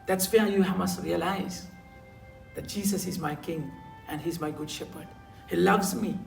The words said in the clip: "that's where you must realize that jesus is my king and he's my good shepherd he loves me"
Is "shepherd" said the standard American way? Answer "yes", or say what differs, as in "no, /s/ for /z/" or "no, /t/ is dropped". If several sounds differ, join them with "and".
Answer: yes